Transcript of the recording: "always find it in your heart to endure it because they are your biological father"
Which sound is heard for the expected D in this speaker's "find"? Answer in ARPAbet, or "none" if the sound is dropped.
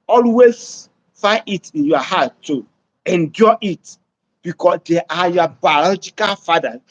none